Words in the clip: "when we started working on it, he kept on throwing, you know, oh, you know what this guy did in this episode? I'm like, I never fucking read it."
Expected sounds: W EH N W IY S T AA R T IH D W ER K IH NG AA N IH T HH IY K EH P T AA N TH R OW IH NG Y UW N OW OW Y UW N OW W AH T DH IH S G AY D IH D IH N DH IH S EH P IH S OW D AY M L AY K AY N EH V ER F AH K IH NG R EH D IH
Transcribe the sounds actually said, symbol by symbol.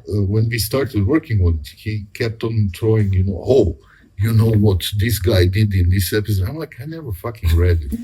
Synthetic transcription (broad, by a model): W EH N W IY S T AA R T IH D W ER K IH NG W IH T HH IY K EH P T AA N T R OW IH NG Y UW N OW OW Y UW N OW W AH T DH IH S G AY D IH D IH N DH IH S EH P IH S OW D AY M L AY K AY N EH V ER F AH K IH NG R EH D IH